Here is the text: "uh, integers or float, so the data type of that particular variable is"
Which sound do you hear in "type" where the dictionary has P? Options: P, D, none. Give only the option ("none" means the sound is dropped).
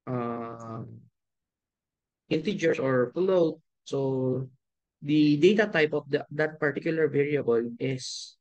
P